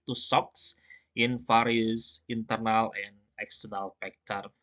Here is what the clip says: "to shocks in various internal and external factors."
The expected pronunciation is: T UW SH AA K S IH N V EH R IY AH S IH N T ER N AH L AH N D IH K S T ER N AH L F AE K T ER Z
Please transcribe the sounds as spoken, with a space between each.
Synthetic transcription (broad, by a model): T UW S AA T S IH N F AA R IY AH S IH N T ER N AH L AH N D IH K S T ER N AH L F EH K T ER